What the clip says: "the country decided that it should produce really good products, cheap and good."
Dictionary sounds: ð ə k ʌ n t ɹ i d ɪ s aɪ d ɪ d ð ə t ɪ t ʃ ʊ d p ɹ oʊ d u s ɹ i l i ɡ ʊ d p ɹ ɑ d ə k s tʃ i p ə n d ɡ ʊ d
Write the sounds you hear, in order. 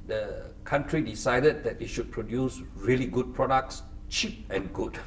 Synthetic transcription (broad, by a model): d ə k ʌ n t ɹ i d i s aɪ d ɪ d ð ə t ɪ t ʃ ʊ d p ɹ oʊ d u s ɹ i l i ɡ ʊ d p ɹ ɑ d ə k s tʃ i p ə n ɡ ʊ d